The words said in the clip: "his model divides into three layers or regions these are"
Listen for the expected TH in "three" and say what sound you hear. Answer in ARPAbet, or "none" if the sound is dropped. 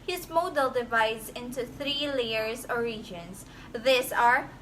TH